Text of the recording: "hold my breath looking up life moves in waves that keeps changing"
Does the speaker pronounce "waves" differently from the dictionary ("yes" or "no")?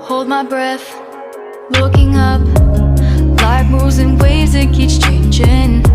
yes